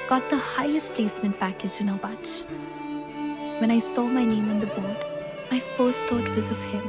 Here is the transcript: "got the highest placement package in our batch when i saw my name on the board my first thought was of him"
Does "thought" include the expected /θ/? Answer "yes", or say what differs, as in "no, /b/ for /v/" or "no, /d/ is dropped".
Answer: no, /t/ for /θ/